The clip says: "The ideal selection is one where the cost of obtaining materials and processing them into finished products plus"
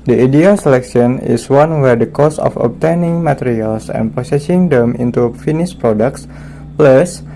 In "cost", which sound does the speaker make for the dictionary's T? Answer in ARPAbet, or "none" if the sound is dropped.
none